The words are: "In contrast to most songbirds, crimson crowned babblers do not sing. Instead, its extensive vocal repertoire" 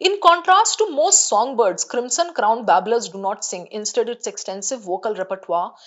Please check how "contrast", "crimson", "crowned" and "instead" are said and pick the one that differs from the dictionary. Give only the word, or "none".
crimson